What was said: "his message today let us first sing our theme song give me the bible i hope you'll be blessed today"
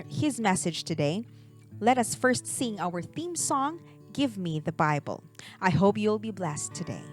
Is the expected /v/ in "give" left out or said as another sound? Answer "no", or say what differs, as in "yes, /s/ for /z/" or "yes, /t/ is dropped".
no